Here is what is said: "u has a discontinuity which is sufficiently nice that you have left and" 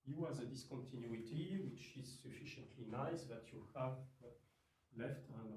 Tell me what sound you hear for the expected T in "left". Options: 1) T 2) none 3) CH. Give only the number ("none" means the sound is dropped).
1